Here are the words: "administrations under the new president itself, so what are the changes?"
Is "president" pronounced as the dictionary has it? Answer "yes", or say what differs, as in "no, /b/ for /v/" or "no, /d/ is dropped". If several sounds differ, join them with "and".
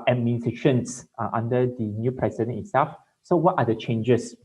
no, /t/ is dropped